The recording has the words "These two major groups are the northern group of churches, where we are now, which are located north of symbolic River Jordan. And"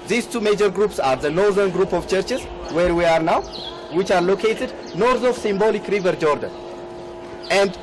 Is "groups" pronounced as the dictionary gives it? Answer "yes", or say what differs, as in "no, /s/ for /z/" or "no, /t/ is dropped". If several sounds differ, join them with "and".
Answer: yes